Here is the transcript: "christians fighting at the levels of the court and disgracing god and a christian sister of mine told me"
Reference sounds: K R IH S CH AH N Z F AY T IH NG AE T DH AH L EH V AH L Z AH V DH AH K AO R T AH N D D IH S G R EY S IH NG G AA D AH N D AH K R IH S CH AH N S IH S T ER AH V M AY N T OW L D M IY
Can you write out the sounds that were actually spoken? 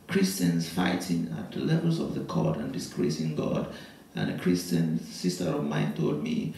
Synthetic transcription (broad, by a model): K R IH S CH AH N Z F AY T IH NG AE T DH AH L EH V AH L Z AH V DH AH K AO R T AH N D D IH S G R EY S IH NG G AA D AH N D AH K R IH S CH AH N S IH S T ER AH V M AY N T OW L D M IY